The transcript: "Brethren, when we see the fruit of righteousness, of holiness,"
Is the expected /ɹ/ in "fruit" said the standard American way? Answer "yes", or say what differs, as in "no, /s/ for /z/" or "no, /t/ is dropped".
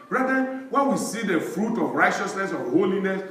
yes